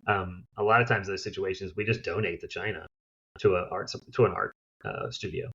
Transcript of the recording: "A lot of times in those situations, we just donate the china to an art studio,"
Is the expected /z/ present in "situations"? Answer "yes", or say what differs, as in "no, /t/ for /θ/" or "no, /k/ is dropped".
yes